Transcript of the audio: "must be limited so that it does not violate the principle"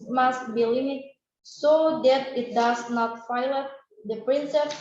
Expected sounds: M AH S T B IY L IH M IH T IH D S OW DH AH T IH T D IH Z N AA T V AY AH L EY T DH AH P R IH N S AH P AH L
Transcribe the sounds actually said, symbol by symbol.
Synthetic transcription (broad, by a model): M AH S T B IY L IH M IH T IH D S OW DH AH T IH T D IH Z N AA T F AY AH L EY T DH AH P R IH N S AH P